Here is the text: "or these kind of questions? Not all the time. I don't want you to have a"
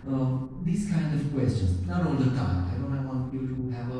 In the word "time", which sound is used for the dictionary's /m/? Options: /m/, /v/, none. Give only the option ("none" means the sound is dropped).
none